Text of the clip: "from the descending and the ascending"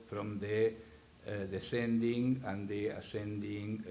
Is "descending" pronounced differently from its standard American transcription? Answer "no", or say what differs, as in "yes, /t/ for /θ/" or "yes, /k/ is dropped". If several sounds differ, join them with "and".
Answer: no